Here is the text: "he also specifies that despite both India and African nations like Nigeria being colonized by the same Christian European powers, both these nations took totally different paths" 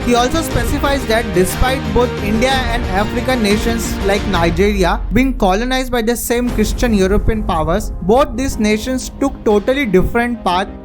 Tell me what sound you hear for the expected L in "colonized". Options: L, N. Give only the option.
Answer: L